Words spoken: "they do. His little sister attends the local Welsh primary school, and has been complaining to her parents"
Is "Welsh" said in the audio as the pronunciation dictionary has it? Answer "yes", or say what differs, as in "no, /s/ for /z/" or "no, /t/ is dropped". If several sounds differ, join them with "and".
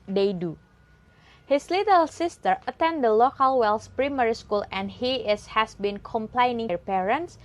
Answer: no, /s/ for /ʃ/